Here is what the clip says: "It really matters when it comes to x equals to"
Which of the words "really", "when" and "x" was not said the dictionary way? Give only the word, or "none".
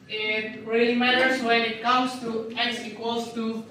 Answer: x